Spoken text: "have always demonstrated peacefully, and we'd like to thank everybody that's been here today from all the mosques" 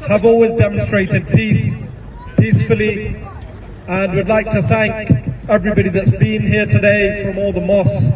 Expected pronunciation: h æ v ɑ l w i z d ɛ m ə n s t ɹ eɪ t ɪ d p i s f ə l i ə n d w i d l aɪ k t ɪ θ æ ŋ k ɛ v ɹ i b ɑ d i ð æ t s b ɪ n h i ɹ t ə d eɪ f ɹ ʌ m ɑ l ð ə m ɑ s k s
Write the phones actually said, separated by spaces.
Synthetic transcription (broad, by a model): h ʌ v ɑ l w i z d ɛ m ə n s t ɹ eɪ t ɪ d p i s f ə l i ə n w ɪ d l aɪ k t ɪ θ æ ŋ k ɛ v ɹ i b ɑ d i ð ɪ t s b ɪ n h i ɹ t ə d eɪ f ɹ ʌ m ɑ l ð ə m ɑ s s